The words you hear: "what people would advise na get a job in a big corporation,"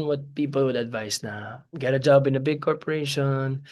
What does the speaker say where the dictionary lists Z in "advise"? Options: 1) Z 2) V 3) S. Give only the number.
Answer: 3